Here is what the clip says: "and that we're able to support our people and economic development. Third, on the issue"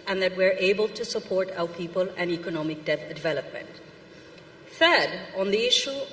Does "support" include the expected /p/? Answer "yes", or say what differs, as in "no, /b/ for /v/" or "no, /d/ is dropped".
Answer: yes